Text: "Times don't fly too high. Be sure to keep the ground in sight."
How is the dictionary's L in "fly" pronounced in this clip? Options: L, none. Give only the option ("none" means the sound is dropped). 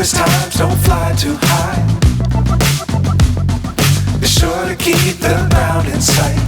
L